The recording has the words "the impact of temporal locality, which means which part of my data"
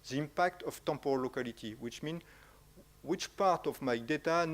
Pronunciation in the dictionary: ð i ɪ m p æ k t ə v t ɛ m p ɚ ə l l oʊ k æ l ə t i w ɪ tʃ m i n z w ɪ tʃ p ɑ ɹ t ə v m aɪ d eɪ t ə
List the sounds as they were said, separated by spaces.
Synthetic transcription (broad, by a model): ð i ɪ m p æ k t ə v t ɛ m p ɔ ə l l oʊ k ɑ l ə t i w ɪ tʃ m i n w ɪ tʃ p ɑ ɹ t ə v m aɪ d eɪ t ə